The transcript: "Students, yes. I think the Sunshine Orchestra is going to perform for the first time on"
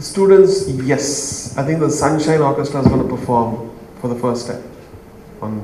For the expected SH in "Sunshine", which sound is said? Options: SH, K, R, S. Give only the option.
SH